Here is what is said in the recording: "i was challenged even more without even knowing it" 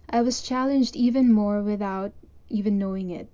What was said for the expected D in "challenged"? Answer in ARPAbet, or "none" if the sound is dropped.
D